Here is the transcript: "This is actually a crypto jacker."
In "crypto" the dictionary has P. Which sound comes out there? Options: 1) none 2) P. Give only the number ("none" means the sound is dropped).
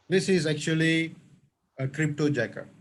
2